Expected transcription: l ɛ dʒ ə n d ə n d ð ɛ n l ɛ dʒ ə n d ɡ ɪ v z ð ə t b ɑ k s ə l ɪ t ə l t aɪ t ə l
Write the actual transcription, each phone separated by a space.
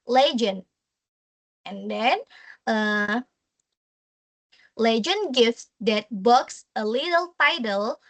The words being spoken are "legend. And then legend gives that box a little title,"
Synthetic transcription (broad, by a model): l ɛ dʒ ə n ə n d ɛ n l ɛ dʒ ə n ɡ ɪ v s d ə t b ɑ k s ə l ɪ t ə l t aɪ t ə l